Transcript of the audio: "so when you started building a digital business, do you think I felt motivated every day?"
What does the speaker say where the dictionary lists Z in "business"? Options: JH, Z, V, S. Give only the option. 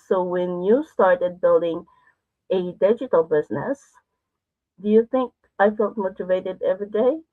Z